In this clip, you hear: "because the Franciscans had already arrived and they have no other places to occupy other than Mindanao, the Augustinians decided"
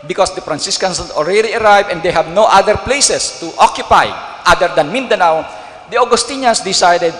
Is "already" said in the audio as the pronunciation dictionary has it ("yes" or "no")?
yes